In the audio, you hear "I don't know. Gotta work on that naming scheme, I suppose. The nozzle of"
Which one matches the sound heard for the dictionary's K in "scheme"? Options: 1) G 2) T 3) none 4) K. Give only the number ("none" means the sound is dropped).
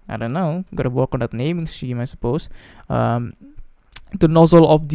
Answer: 3